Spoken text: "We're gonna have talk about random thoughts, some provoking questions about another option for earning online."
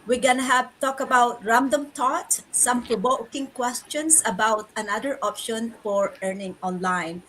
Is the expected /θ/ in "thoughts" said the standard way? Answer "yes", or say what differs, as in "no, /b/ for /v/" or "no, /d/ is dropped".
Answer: no, /t/ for /θ/